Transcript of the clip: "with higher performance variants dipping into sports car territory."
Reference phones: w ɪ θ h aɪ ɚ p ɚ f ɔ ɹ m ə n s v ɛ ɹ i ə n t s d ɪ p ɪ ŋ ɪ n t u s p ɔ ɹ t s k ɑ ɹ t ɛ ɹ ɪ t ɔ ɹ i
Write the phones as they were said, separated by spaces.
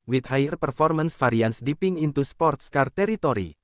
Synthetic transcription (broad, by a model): w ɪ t h aɪ ɚ p ɚ f ɔ ɹ m ə n s f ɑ ɹ i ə n s d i p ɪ ŋ ɪ n t u s p ɔ ɹ t s k ɑ ɹ t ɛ ɹ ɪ t ɔ ɹ i